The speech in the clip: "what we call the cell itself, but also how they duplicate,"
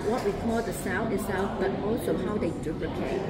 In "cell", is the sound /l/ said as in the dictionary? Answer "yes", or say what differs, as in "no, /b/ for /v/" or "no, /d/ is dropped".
no, /n/ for /l/